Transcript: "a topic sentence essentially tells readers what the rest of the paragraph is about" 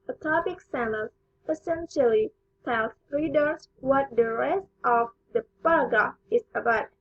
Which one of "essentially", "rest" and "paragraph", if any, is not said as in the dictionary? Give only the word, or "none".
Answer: paragraph